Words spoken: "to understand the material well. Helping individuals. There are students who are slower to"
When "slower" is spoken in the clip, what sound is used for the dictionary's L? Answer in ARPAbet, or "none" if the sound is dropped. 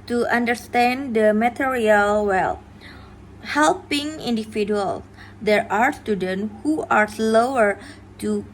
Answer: L